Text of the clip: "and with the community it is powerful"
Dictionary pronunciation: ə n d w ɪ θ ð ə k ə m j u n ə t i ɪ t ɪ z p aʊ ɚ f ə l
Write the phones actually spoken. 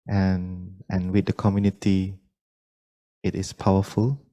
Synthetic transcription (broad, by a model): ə n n w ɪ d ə k ə m j u n ə t i ɪ t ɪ s p aʊ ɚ f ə l